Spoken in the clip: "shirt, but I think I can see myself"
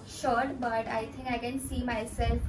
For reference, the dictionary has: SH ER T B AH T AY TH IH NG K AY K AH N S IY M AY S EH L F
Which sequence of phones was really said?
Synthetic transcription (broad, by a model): SH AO T B AH T AY T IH NG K AY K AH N S IY M AY S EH L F